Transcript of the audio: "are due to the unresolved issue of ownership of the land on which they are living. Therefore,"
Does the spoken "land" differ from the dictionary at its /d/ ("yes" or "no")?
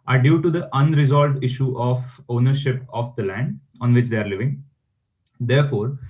no